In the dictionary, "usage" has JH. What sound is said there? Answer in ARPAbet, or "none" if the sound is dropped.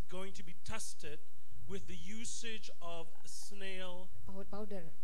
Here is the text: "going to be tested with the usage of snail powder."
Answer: JH